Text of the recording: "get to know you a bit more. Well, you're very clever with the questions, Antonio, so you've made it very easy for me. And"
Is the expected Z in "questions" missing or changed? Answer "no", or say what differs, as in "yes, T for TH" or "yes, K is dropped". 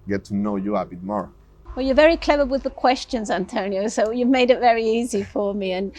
no